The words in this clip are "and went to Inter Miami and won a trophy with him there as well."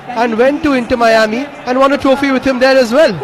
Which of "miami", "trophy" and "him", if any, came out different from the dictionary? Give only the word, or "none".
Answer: none